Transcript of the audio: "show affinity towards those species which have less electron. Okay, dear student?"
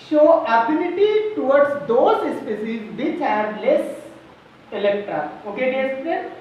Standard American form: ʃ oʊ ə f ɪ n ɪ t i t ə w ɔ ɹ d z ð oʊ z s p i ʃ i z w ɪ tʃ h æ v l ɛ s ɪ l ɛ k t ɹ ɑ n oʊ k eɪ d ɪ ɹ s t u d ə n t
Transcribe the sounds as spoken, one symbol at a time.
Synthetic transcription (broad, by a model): ʃ oʊ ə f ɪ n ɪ t i t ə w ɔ ɹ d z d oʊ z s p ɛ s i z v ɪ tʃ h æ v l ɛ s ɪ l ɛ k t ɹ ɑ oʊ k eɪ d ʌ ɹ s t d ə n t